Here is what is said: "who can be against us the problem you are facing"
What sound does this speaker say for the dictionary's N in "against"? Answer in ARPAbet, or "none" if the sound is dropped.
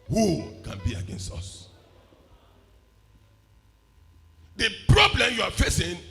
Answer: N